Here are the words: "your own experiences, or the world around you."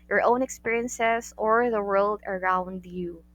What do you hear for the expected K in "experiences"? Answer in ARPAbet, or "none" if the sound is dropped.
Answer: K